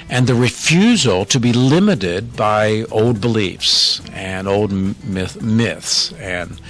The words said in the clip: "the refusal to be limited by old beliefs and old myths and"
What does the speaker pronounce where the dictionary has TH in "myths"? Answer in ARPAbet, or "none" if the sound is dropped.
TH